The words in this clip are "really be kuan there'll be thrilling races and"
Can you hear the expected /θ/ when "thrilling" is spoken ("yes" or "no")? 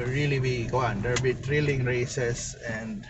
no